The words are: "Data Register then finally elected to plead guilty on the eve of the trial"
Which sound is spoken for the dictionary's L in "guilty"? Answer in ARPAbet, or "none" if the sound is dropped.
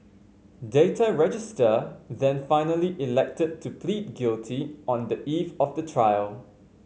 L